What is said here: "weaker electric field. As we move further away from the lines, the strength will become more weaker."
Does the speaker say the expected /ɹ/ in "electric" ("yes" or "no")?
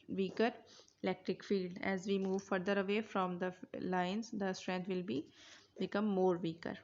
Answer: yes